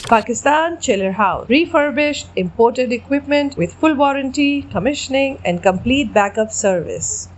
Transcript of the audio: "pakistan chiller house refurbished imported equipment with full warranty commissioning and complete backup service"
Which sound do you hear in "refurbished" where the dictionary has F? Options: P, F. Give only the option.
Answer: F